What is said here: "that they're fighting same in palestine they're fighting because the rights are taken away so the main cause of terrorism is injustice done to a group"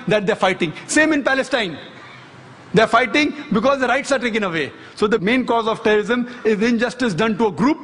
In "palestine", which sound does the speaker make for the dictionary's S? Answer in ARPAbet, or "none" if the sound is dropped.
S